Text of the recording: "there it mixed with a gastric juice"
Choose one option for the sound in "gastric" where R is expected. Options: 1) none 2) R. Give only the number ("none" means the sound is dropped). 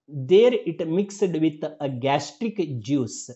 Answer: 2